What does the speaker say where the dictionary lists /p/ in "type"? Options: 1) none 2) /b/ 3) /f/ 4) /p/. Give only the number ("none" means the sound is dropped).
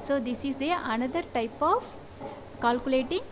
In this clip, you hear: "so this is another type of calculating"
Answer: 4